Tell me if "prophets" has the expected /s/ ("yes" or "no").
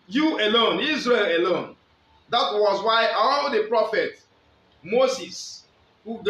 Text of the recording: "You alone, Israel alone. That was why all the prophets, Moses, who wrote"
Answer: no